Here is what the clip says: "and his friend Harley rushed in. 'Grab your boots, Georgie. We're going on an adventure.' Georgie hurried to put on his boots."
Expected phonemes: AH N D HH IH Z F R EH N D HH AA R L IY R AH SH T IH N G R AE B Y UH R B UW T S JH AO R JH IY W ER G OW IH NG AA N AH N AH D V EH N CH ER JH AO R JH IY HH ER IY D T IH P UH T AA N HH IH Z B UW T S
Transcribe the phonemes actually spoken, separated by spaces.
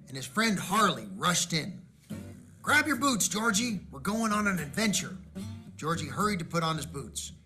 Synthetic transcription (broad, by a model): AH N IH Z F R EH N D HH AA R L IY R AH SH T IH N G R AE B Y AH R B UW T S JH AO R JH IY W ER G OW IH NG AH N AH N AH D V EH N CH ER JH AO R JH IY HH ER IY D T IH P UH T N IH Z B UW T S